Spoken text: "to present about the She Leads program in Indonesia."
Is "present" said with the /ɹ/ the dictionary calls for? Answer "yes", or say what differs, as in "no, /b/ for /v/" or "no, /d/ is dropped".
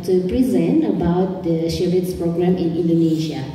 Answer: yes